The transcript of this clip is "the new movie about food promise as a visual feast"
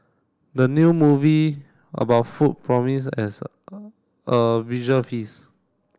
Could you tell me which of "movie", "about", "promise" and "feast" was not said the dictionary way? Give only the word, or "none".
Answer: feast